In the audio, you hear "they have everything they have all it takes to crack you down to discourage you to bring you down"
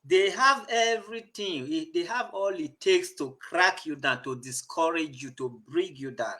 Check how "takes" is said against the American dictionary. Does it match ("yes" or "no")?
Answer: yes